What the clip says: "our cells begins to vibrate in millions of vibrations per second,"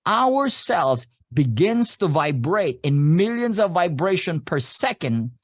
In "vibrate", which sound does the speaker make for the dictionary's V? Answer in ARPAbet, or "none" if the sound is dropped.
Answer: V